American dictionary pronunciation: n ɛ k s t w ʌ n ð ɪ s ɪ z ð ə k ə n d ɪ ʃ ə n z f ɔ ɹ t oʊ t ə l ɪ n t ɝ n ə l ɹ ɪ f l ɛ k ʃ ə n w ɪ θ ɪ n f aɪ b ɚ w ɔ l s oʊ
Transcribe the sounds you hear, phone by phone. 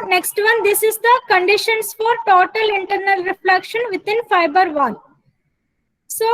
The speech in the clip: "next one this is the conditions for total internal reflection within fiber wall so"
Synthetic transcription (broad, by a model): n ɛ k s t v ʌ n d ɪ s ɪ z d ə k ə n d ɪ ʃ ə n s f ɔ ɹ t oʊ t ə l ɪ n t ɝ n ə l ɹ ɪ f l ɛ k ʃ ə n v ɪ t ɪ n f aɪ b ɚ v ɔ n s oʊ